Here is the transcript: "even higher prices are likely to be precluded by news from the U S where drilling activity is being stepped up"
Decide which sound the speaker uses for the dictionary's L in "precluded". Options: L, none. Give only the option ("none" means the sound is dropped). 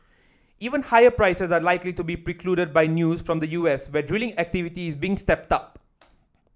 L